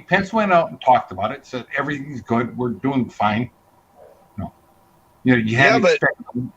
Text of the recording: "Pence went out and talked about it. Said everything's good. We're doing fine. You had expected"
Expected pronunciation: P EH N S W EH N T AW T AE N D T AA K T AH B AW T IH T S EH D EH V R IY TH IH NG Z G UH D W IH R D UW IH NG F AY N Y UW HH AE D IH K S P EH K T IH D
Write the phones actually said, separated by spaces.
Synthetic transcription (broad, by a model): P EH N S W EH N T AW T N T AA K T AH B AW T IH T S EH D EH V R IY TH IH NG Z G UH D W IH R D UW IH NG F AY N Y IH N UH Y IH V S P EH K